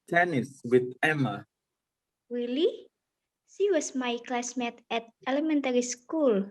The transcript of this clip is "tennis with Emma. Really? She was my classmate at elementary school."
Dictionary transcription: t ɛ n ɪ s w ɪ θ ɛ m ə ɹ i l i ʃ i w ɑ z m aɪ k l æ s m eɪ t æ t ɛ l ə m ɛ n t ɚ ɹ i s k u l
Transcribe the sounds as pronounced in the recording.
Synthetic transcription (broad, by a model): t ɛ n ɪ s w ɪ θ ɛ m ə w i l i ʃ i w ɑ s m aɪ k l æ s m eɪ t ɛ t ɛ l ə m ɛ n t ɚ ɹ i s k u l